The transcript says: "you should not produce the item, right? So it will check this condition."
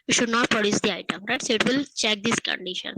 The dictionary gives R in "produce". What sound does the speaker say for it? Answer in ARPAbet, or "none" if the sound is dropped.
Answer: R